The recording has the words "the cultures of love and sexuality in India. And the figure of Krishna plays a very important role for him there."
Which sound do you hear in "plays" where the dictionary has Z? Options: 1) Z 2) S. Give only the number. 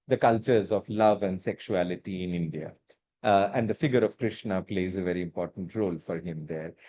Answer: 1